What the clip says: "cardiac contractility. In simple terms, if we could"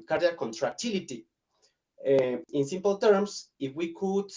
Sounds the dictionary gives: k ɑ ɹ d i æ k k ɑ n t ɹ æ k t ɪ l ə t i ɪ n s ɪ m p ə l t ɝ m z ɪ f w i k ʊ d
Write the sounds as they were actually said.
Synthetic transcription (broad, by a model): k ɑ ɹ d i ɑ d k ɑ n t ɹ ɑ k t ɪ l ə t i ɪ n s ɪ m p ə l t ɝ m s ɪ f w i k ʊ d